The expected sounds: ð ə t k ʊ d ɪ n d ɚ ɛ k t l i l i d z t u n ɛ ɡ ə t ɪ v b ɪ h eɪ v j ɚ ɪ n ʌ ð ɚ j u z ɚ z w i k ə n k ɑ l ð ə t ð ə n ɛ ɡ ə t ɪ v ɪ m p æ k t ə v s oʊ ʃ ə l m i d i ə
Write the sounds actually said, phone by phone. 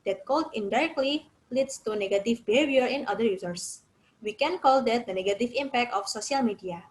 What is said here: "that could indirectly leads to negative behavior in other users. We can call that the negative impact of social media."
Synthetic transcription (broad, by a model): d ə t k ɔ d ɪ n d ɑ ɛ k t l i l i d s t u n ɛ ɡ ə t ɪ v b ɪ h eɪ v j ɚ ɪ n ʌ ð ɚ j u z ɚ s w i k ə n k ɑ l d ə t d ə n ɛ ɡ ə t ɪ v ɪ m p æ k t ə f s oʊ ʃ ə l m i d i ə